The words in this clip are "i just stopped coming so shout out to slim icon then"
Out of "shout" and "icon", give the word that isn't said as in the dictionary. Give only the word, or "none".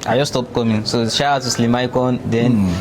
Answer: shout